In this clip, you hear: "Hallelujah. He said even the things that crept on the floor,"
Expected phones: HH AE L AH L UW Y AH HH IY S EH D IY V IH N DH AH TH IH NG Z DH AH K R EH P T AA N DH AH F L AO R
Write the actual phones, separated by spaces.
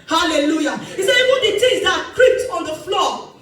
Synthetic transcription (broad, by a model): HH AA L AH L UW Y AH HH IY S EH IY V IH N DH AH T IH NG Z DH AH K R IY P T AA N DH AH F L AO